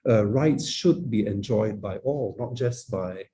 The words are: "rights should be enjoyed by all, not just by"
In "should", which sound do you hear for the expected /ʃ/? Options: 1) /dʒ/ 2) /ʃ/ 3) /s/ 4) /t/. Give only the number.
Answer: 2